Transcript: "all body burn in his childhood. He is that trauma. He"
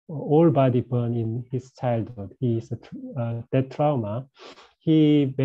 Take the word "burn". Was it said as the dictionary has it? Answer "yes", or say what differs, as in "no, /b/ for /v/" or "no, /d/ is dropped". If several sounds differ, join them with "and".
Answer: yes